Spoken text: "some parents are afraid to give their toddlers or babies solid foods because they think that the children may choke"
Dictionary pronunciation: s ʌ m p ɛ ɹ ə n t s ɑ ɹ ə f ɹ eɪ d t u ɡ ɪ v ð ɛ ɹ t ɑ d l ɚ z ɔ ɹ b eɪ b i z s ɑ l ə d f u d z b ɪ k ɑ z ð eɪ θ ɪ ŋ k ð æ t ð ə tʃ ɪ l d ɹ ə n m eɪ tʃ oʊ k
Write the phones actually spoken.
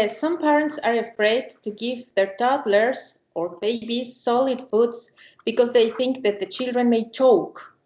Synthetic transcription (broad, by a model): s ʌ m p ɛ ɹ ə n t s ɑ ɹ ə f ɹ eɪ d t u ɡ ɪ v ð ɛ ɹ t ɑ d l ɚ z ɔ ɹ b eɪ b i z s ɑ l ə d f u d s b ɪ k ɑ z ð eɪ θ ɪ ŋ k ð æ t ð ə tʃ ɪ l d ɹ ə n m eɪ tʃ oʊ k